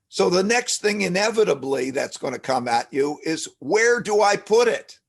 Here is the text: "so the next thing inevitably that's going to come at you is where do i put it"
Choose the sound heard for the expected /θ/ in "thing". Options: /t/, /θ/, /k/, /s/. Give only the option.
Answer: /θ/